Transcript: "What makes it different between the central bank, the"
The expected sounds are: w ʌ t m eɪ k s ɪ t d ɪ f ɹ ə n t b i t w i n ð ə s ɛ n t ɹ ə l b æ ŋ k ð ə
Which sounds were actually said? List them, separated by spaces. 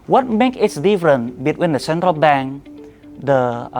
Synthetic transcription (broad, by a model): w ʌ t m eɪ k ɪ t d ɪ f ɹ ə n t b i t w i n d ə s ɛ n t ɹ ə l b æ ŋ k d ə